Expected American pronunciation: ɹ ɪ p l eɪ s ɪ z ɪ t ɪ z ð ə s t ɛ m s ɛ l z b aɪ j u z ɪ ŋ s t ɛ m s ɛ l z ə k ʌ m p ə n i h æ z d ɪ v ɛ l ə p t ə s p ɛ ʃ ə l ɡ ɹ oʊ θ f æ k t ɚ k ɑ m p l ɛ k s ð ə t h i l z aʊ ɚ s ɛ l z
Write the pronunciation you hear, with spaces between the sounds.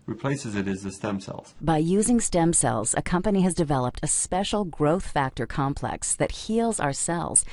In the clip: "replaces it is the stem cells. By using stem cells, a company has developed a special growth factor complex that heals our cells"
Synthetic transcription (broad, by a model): ɹ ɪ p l eɪ s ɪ z ɪ t ɪ z ð ə s t ɛ m s ɛ l z b aɪ j u z ɪ ŋ s t ɛ m s ɛ l z ə k ʌ m p ə n i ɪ z d ɪ v ɛ l ə p t ə s p ɛ ʃ l ɡ ɹ oʊ θ f æ k t ɚ k ɑ m p l ɛ k s ð ə t h i l z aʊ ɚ s ɛ l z